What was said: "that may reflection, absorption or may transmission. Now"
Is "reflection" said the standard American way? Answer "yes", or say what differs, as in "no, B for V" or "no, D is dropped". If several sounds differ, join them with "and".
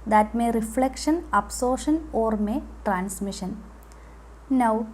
yes